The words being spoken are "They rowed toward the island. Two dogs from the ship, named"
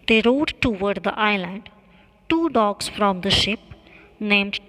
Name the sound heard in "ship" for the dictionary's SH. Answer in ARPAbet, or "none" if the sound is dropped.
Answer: SH